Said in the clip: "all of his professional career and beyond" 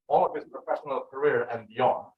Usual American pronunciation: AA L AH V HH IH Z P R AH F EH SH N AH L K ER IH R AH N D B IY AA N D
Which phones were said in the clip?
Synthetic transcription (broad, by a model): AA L AH V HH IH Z P R AH F EH SH N AH L K ER IH R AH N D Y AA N